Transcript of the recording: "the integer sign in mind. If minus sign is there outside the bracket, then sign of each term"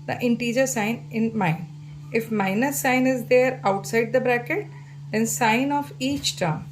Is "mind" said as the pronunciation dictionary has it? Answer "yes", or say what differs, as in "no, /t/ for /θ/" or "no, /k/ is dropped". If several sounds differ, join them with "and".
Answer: no, /d/ is dropped